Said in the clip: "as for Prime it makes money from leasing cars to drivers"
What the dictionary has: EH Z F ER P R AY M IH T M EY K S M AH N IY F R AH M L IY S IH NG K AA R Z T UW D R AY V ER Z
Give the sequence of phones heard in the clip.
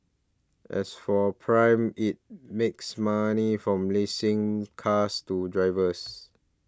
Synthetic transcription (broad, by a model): EH S F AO P R AY M IH T M EY K S M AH N IY F R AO M L IY S IH NG K AA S T UW D R AY V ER S